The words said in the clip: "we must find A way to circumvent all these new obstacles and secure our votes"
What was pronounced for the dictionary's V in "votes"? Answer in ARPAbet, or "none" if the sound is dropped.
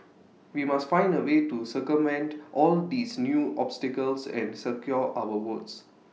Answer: W